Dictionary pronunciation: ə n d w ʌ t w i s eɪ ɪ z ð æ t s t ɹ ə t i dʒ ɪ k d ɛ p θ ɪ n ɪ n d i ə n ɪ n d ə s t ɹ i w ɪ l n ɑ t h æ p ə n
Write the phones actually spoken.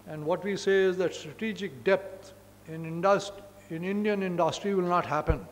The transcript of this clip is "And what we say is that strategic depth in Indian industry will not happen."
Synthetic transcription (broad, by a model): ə n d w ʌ t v i s eɪ ɪ z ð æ t s t ɹ ə t i dʒ ɪ k d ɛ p s ɪ n ɪ n d i ə n ɪ n d ə s t ɹ i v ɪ l n ɑ t h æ p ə n